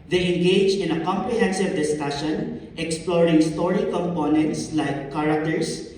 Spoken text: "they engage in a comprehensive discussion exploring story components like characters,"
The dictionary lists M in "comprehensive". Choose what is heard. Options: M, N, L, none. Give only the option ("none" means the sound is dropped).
M